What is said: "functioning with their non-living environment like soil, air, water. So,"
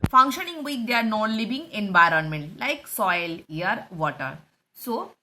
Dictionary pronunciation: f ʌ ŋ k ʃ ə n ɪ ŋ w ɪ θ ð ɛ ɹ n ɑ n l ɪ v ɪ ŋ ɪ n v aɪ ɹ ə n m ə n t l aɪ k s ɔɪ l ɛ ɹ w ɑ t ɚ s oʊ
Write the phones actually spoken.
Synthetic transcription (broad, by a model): f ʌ ŋ k ʃ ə n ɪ ŋ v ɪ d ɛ ɹ n ɑ n l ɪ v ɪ ŋ ɪ n v aɪ ɹ ə n m ə n t l aɪ k s ɔɪ l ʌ ɹ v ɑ t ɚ s oʊ